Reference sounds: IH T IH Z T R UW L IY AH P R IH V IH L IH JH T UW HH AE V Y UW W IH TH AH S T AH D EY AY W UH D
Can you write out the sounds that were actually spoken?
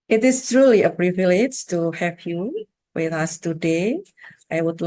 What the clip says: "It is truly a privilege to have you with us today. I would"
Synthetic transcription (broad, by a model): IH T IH S T R UW L IY AH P R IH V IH L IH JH T UW HH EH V Y UW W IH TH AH S T AH D EY AY W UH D